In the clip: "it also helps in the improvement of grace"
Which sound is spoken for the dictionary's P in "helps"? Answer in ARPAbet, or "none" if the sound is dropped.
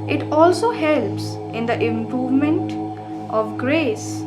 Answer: P